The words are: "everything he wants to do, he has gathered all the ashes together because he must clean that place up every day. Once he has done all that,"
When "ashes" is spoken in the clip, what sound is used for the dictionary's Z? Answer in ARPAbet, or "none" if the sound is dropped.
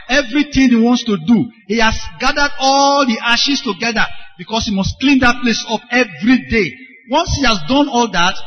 S